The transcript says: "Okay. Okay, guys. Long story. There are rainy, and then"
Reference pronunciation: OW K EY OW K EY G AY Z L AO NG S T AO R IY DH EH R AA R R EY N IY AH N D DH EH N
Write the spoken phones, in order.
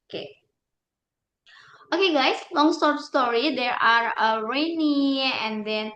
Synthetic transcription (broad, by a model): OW K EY OW K EY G AY S L AO NG S T AO R IY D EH R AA R R EY N IY AH N D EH N